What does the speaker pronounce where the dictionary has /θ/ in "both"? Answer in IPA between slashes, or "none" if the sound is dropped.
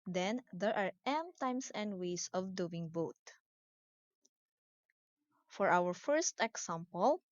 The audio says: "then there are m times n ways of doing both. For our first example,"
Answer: /t/